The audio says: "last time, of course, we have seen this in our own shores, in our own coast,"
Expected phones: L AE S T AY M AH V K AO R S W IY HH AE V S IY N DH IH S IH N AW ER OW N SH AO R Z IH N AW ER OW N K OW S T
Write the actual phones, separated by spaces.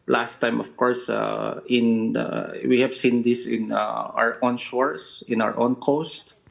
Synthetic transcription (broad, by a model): L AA S T AY M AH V K AO R S W IY HH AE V S IY N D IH S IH N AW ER OW N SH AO R S IH N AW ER OW N K OW S T